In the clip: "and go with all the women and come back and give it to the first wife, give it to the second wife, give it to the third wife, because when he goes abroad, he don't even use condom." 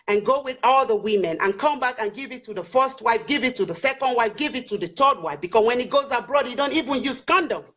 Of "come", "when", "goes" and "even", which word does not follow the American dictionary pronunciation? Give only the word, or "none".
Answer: none